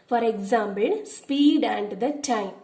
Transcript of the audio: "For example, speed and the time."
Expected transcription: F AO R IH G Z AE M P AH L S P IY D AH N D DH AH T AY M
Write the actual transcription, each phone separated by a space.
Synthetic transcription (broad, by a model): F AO R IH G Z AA M B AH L S P IY D AH N D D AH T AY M